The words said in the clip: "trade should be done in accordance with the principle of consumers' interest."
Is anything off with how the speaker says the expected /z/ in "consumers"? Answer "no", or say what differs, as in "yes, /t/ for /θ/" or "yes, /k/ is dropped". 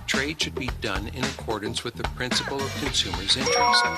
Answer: no